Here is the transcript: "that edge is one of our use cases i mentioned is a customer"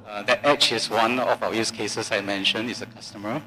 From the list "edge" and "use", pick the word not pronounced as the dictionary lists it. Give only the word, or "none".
edge